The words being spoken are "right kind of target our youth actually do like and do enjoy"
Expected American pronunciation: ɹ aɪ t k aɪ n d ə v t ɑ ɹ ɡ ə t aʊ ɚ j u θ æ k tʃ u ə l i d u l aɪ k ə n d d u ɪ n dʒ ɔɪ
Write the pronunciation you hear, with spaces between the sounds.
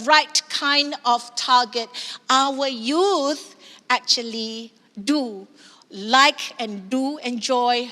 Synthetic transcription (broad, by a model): ɹ aɪ t k aɪ n d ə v t ɑ ɡ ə t aʊ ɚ j u θ æ k tʃ u ə l i d u l aɪ k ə n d d u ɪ n dʒ ɔɪ